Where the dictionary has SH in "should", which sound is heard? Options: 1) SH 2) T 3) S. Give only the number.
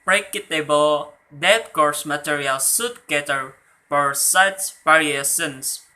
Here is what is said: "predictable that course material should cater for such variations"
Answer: 3